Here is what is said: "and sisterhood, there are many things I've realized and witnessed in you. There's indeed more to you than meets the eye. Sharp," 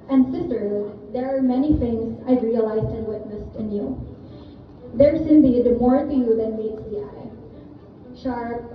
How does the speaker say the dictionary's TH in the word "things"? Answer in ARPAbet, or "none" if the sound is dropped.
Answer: TH